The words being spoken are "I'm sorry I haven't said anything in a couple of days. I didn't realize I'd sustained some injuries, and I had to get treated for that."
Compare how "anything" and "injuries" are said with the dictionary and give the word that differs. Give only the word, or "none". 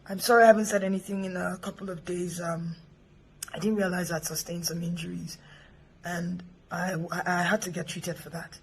none